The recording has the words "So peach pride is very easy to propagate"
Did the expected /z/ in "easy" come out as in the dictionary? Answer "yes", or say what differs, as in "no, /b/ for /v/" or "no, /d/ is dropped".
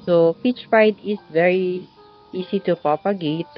no, /s/ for /z/